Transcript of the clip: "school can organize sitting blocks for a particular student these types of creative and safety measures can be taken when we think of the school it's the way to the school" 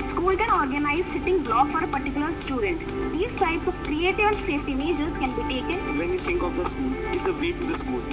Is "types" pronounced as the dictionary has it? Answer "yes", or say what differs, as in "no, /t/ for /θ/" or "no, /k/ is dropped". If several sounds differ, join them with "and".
no, /s/ is dropped